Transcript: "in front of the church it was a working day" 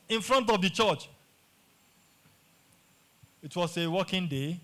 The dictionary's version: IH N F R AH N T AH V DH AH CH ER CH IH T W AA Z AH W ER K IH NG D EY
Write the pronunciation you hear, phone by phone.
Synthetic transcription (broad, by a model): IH N F R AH N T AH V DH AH CH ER CH IH T W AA S AH W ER K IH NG D EY